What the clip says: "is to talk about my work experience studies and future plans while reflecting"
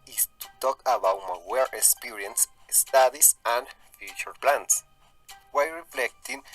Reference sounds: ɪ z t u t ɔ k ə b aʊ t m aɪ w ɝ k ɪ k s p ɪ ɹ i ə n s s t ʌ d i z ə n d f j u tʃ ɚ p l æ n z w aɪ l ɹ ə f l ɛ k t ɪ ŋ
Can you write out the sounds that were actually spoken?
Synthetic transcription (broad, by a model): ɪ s t u t ɔ k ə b aʊ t m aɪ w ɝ ɪ k s p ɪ ɹ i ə n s s t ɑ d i s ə n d f j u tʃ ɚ p l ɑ n s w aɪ ɹ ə f l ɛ k t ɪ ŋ